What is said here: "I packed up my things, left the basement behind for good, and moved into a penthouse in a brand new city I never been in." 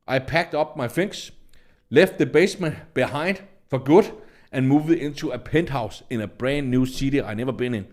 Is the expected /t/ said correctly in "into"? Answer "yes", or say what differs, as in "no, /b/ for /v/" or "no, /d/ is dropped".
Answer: no, /s/ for /t/